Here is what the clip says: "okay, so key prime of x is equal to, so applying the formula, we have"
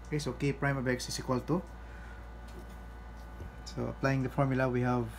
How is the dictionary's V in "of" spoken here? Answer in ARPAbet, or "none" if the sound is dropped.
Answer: B